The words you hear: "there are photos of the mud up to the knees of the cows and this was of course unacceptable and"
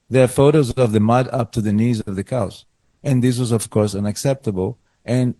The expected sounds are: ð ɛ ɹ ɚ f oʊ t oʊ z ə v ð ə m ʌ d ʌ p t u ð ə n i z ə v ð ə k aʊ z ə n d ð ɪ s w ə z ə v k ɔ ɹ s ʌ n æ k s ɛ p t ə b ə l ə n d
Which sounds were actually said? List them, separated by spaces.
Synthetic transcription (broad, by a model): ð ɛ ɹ f oʊ t oʊ z ə v ð ə m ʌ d ʌ p t u ð ə n i z ə v ð ə k aʊ s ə n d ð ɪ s w ə z ə v k ɔ ɹ s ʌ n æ k s ɛ p t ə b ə l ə n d